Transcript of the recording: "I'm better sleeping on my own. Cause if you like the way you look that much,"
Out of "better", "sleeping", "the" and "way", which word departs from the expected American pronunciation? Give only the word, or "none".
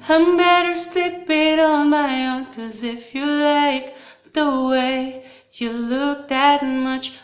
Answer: sleeping